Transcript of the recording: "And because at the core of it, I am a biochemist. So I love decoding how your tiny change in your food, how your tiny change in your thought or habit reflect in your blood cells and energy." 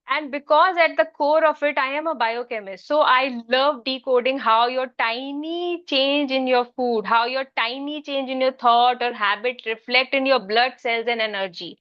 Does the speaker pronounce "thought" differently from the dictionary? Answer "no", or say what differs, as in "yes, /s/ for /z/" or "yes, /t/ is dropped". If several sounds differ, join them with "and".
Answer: yes, /t/ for /θ/